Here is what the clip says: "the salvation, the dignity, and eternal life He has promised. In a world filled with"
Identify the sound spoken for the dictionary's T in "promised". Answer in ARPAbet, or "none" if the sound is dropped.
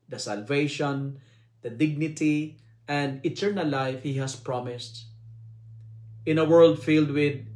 T